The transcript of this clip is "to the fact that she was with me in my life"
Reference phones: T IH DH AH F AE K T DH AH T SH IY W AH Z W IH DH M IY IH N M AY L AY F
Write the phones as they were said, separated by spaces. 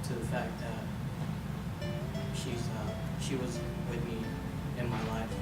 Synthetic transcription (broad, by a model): T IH DH AH F AE K T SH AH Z SH IY W AH Z W IH DH M IY IH N M AY L AY F